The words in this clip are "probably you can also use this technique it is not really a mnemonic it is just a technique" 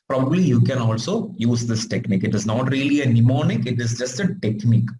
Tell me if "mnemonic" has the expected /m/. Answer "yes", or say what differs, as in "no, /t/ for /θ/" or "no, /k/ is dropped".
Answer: yes